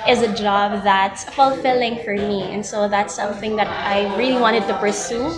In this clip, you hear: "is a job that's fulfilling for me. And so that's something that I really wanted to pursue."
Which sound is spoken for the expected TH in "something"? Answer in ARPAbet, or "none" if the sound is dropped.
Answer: TH